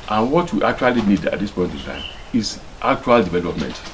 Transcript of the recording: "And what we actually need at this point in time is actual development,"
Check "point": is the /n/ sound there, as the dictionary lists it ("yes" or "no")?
yes